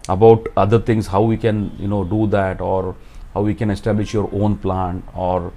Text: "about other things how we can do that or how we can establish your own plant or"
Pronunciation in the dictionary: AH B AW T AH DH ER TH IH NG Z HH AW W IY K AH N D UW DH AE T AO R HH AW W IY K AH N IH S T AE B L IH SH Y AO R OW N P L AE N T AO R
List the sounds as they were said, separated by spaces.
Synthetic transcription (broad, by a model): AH B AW T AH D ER T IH NG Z HH AW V IY K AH N D UW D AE T AO R HH AW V IY K AH N IH S T AE B L IH SH Y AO R OW N P L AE N AO R